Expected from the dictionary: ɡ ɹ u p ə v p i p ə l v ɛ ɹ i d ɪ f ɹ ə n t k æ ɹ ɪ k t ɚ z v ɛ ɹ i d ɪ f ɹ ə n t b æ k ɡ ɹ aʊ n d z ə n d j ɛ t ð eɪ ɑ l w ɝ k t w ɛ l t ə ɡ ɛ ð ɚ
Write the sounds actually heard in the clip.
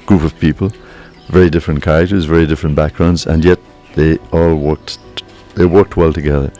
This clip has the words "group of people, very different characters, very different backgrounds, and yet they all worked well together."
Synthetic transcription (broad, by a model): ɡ ɹ u p ə v p i p ə l v ɛ ɹ i d ɪ f ɹ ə n k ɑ ɪ t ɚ z v ɛ ɹ i d ɪ f ɹ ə n b æ k ɡ ɹ aʊ n d z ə n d j ɛ t ð eɪ ɑ l w ɝ k t w ɛ l t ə ɡ ɛ ð ɚ